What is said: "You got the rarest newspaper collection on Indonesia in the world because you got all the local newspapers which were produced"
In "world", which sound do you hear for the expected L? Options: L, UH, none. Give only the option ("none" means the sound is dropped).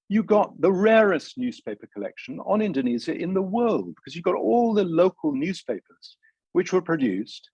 L